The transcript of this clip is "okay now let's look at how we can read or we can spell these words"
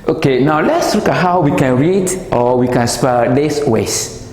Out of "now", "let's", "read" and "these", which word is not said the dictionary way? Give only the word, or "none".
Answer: these